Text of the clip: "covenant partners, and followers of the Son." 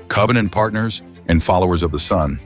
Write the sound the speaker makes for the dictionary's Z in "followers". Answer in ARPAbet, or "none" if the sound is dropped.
Z